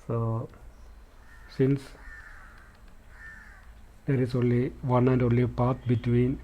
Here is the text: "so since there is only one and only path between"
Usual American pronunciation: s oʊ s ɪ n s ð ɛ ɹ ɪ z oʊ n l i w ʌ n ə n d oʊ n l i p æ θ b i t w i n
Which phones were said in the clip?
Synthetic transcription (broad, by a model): s oʊ s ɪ n s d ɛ ɹ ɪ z oʊ n l i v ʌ n ə n d oʊ n l i p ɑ t b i t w i n